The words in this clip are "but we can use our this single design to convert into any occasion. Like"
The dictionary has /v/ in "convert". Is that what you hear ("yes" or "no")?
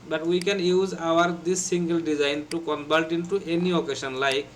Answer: no